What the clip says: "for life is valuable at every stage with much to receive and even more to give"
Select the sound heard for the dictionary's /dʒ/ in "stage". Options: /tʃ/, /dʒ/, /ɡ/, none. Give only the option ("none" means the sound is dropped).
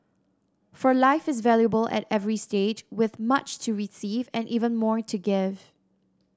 /dʒ/